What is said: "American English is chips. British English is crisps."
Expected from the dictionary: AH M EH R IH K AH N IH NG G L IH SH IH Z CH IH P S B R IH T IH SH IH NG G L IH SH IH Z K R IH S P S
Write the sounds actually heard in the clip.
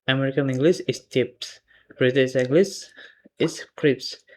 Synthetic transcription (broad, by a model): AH M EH R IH K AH N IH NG G L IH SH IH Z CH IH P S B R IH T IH S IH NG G L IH S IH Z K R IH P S